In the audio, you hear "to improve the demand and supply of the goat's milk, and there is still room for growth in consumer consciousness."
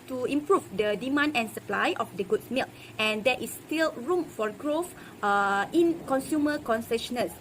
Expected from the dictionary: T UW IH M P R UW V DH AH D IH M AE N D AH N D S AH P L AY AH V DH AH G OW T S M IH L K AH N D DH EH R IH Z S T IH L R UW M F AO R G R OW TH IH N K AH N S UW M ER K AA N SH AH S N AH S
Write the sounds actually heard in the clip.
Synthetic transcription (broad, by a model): T UW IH M P R UW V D AH D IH M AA N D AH N S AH P L AY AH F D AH G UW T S M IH L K AH N D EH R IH S T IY L R UW M F AO R G R OW F IH N K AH N S UW M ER K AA N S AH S N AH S